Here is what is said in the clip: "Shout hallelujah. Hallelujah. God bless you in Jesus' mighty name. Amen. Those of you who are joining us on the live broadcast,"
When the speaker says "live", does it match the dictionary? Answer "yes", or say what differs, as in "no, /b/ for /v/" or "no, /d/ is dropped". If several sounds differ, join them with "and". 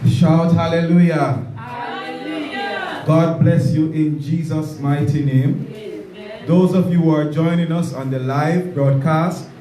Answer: yes